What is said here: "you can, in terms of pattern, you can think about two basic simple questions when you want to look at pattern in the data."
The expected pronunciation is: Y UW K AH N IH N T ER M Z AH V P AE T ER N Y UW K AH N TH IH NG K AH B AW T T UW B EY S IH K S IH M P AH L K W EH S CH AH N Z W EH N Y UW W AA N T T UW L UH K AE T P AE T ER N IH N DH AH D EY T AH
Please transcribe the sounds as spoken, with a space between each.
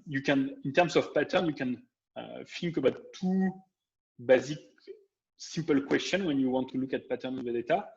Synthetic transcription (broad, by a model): Y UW K AH N IH N T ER M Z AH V P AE T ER N Y UW K AH N F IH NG K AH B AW T T UW B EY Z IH K S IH M P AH L K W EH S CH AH N W EH N Y UW W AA N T T UW L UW K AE T P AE T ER IH N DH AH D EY T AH